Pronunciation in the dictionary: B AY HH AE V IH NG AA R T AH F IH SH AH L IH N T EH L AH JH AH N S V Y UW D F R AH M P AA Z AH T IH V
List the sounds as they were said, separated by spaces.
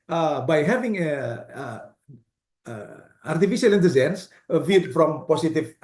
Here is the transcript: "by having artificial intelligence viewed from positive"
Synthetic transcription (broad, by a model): B AY HH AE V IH NG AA R T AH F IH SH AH L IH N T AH Z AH N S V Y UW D F R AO M P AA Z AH T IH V